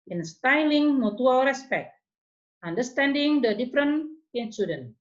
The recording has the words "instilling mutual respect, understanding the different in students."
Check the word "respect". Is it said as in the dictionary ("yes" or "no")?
yes